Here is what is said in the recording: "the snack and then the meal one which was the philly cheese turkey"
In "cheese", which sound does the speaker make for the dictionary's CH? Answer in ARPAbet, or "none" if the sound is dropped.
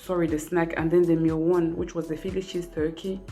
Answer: SH